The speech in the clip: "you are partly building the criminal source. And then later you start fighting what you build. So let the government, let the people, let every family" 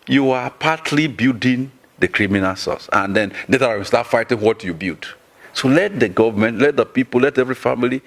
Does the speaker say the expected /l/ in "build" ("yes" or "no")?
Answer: no